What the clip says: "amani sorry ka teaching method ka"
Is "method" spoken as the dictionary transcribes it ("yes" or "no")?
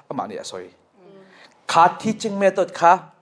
no